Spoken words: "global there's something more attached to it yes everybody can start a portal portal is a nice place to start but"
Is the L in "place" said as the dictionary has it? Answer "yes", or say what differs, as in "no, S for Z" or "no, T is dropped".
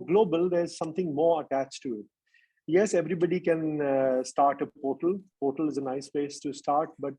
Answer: no, L is dropped